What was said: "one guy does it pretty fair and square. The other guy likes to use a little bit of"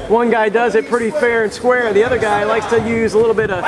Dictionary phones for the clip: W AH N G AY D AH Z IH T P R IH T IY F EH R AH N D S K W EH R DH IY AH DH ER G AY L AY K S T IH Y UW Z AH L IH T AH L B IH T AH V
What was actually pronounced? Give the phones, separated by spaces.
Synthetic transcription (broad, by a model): W AH N G AY D AH Z IH T P R IH T IY F EH R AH N S K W EH R DH IY AH DH ER G AY L AY K S T IH Y UW Z AH L IH T L B IH T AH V